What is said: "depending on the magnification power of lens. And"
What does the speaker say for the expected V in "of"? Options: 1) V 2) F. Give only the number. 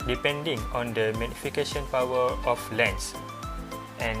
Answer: 2